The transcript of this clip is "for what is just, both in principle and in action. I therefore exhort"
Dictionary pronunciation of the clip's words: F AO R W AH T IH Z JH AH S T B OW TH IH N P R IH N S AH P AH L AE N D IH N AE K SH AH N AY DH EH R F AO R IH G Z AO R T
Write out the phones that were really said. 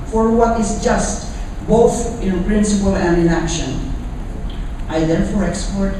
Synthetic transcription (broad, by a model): F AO R W AH T IH Z JH AH S T B OW TH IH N P R IH N S AH P AH L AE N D IH N AE K SH AH N AY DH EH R F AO R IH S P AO R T